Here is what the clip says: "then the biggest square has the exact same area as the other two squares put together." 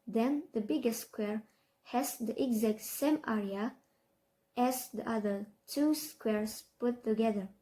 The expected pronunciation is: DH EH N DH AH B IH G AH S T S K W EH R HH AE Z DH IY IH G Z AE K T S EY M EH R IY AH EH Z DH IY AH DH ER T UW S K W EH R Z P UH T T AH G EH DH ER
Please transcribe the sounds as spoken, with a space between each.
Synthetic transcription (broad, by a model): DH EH N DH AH B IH G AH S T S K W EH R HH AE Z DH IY IH G Z AE K T S EY M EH R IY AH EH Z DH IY AH DH ER T UW S K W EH R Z P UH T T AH G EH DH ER